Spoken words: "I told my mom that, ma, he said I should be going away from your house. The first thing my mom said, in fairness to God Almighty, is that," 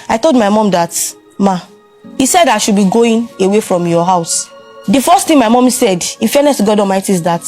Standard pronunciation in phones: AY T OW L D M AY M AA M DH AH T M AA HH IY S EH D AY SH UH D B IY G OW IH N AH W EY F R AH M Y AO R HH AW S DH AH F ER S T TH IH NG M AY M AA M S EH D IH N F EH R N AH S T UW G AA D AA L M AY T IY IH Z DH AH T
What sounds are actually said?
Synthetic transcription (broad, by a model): AY T OW L D M AY M AA M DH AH T M AA HH IY S EH D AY SH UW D B IY G OW IH N AH W EY F R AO M Y AO HH AW S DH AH F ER S T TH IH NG M AY M AA M S EH D IH N F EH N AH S T UW G AA D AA M AY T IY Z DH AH T